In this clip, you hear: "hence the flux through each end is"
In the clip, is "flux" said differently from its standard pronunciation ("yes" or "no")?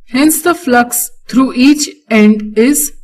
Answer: no